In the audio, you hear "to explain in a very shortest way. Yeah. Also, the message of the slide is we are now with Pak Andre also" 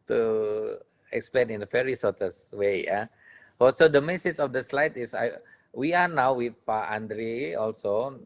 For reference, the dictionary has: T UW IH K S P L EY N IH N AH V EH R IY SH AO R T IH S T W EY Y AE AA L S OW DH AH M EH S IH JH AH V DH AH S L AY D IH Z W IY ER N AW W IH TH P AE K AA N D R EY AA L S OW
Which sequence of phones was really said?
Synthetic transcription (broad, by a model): T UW IH K S P L EY N IH N AH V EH R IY S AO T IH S W EY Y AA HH S OW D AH M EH S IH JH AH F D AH S L AY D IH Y W IY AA N AW W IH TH P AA AA N D R EY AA L S OW